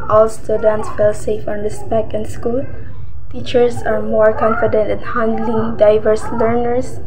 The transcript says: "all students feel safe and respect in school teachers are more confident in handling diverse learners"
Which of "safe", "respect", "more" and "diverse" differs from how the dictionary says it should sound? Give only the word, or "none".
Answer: respect